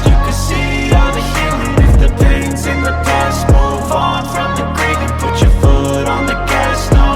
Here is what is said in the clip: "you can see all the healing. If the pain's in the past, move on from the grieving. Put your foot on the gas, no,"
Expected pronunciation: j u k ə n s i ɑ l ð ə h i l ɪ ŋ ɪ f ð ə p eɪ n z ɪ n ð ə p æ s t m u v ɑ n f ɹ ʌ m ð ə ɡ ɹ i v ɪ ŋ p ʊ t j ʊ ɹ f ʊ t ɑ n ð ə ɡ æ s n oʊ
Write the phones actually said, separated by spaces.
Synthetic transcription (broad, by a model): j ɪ k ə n s i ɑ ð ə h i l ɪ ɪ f ð ə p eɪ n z ɪ n ð ə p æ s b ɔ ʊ f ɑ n f ɹ ʌ m ð ə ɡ ɹ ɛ ɪ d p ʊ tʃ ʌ ɹ f ʊ t n ð ə ɡ æ s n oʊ